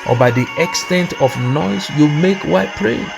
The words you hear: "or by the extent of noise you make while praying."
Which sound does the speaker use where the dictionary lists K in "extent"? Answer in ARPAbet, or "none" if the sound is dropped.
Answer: K